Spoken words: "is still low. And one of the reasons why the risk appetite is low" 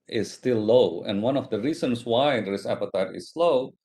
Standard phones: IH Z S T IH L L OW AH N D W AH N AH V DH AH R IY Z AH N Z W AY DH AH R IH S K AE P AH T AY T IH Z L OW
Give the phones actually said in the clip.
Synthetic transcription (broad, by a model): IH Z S T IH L L OW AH N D W AH N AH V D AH R IY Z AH N S W AY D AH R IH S AE P AH T AY T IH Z L OW